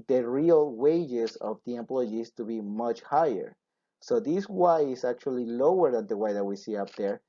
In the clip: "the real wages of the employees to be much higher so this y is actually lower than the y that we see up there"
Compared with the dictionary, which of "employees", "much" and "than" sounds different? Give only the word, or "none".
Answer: employees